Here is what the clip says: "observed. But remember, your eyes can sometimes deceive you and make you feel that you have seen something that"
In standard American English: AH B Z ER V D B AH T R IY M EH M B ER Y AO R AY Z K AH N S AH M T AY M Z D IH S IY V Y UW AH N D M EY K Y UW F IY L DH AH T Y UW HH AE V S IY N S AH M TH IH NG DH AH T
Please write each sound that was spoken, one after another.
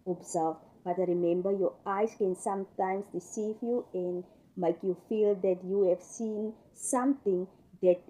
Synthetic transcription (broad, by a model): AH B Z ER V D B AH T R IY M EH M B ER Y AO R AY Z K AH N S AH M T AY M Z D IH S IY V Y UW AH N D M EY K Y UW F IY L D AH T Y UW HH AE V S IY N S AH M T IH NG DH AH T